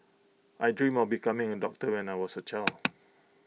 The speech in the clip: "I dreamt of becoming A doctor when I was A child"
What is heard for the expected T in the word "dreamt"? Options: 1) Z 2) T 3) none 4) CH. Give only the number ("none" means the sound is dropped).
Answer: 3